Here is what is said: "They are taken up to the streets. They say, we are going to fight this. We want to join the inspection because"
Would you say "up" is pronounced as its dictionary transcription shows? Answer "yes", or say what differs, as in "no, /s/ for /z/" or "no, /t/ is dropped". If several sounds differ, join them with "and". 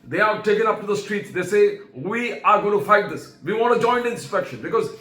yes